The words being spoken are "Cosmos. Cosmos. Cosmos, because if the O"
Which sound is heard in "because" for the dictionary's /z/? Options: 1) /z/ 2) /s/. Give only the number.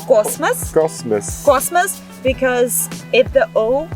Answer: 1